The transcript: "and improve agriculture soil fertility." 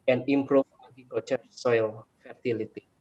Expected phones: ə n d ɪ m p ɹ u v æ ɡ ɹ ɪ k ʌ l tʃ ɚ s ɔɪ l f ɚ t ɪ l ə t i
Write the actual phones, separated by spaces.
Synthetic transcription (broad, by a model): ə n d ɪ m p ɹ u f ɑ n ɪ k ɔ tʃ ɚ s ɔɪ l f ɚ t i l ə t i